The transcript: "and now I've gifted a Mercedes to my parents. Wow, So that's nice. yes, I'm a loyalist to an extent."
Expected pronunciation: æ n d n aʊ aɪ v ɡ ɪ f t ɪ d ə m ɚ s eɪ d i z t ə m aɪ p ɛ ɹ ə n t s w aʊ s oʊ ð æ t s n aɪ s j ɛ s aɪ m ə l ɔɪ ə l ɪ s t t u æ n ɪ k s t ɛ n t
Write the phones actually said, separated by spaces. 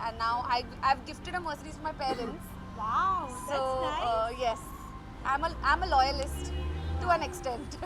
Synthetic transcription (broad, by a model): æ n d n aʊ aɪ v ɡ ɪ f t ɪ d ə m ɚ s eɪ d i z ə m aɪ p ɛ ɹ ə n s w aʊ s oʊ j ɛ s aɪ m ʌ aɪ m ə l ɔɪ ə l ɪ s t t u æ n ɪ k s t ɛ n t